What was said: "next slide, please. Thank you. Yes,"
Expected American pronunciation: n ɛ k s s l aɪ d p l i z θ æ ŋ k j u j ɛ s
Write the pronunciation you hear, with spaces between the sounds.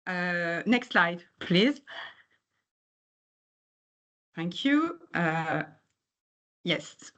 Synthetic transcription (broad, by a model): n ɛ k s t l aɪ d p l i z θ æ ŋ k j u j ɛ s